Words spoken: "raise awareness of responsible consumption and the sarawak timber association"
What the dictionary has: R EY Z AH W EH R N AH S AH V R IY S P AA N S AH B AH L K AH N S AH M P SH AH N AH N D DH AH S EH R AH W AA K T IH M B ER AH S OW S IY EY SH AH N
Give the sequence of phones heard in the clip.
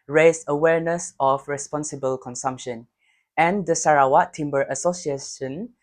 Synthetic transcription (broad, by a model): R EY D AH W EH R N AH S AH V R IY S P AA N S AH B AH L K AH N S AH M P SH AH N AH N D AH S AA R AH W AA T T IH M B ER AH S OW S IY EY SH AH N